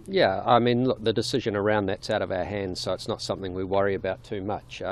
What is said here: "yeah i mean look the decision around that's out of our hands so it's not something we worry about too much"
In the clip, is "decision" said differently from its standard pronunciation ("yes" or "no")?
no